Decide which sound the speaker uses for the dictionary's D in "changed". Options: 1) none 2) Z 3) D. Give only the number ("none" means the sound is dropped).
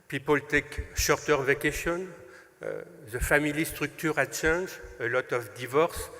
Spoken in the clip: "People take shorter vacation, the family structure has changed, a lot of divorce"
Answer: 1